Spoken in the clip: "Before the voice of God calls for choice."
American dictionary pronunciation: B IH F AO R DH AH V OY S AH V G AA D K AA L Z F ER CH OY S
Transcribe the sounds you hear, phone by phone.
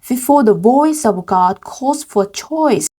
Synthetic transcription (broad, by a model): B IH F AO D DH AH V OY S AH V G AA D K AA Z F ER CH OY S